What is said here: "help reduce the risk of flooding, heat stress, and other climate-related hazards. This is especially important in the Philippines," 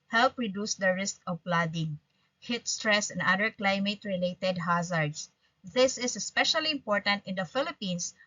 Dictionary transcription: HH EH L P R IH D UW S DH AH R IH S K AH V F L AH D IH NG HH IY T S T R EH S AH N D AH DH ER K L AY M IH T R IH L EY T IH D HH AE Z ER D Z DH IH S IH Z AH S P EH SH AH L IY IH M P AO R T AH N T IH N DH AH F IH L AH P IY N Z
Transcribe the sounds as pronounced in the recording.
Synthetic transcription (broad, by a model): HH EH L P R IH D UW S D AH R IH S K AH V P L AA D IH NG HH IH T S T R EH S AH N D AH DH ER K L AY M IH T R IH L EY T IH D HH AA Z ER D S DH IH S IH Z AH S P EH SH AH L IY IH M P AO R T AH N T IH N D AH F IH L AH P IY N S